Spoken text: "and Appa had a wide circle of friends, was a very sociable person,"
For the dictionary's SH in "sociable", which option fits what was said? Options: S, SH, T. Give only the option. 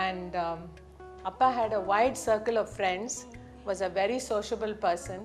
SH